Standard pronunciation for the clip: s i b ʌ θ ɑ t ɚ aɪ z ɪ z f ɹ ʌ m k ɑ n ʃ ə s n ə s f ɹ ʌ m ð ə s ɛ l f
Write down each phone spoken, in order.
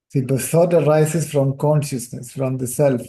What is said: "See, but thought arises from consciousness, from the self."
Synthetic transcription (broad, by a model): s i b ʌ s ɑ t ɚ aɪ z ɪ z f ɹ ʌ m k ɑ n ʃ ə s n ə s f ɹ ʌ m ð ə s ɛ l f